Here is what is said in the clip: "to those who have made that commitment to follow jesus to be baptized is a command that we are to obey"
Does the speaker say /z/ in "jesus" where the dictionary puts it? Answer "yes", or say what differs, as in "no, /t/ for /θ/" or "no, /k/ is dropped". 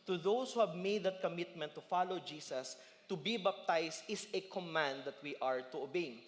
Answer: no, /s/ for /z/